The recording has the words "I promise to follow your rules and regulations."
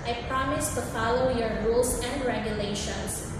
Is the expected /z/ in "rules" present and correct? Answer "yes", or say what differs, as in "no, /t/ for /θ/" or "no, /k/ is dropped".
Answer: no, /s/ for /z/